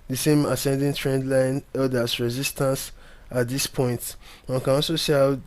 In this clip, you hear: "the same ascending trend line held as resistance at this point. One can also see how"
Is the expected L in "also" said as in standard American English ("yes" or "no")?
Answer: no